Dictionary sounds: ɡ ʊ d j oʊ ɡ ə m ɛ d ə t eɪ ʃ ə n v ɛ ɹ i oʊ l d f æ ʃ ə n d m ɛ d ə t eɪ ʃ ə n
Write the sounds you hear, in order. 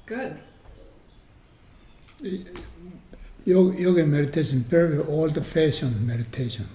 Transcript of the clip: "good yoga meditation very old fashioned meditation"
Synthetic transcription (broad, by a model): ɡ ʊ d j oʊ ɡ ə m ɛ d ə t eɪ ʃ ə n p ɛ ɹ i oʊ l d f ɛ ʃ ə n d m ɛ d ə t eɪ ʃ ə n